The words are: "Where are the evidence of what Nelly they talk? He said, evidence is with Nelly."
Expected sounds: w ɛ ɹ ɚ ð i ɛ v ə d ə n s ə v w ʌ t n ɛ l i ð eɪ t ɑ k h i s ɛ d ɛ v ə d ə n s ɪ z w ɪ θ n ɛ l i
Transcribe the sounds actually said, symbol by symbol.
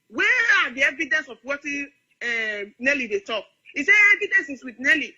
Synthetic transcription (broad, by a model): w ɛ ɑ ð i ɛ v ə d ə n s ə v w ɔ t n ɛ l i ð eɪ t ɑ k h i s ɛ ɛ v ə d ə n s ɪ s w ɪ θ n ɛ l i